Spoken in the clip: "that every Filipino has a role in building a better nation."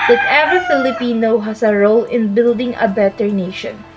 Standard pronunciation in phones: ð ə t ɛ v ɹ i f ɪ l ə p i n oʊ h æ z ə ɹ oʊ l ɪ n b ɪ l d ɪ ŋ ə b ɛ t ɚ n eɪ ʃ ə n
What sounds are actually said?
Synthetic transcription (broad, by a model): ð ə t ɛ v i f ɪ l ə p i n oʊ h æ s ə ɹ oʊ l ɪ n b ɪ l d ɪ ŋ ə b ɛ t ɚ n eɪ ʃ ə n